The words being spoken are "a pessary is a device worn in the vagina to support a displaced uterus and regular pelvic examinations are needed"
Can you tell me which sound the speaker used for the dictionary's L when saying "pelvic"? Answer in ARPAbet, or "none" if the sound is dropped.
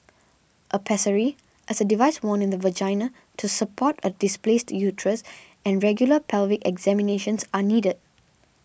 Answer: L